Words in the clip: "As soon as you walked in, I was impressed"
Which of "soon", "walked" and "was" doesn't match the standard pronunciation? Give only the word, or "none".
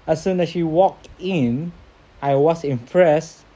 was